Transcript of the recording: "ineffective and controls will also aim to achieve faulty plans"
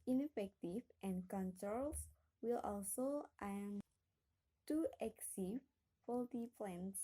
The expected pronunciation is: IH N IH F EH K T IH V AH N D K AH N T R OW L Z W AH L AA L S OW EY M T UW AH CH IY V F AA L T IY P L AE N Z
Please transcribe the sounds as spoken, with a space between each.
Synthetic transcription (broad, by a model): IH N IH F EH K T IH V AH N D K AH N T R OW L S W AH L AA L S OW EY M T UW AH S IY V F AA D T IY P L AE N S